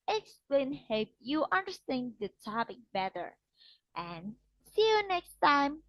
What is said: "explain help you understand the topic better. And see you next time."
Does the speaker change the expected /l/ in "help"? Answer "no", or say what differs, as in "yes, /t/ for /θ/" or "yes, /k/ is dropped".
yes, /l/ is dropped